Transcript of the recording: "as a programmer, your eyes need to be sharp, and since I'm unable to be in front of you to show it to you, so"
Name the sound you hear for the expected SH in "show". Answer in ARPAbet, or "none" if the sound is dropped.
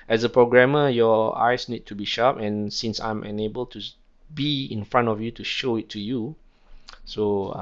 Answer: SH